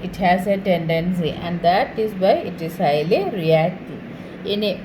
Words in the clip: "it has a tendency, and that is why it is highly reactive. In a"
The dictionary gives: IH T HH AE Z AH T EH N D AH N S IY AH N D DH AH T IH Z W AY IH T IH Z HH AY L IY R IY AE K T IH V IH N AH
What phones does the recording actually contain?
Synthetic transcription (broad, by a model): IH T HH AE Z AH T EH N D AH N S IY AH N D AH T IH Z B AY IH T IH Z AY L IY R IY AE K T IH IH N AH